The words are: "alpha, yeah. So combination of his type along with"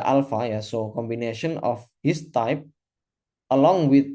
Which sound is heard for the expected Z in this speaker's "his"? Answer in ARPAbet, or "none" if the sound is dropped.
S